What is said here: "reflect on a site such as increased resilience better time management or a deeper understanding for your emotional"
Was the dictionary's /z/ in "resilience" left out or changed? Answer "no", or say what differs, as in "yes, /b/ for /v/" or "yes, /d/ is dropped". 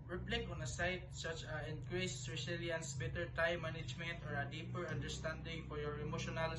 yes, /s/ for /z/